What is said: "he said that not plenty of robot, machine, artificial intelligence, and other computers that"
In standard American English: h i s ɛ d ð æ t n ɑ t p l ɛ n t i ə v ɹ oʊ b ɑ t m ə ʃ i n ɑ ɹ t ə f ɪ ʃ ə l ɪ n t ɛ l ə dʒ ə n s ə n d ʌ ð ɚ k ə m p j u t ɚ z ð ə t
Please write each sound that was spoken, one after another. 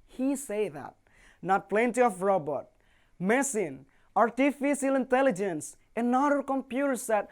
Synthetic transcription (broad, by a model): h i s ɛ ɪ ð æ t n ɑ t p l ɛ n t i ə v ɹ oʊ b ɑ t m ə s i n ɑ ɹ t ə f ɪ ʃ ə l ɪ n t ɛ l ə dʒ ə n s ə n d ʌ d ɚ k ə m p j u t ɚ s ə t